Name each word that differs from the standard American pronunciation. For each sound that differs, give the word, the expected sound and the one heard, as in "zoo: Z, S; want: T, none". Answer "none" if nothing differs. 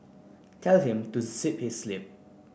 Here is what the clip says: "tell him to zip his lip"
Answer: zip: Z, S; his: Z, S